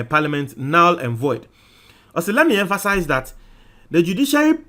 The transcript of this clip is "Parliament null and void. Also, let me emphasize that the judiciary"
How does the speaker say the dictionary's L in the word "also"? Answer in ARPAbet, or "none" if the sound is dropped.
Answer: none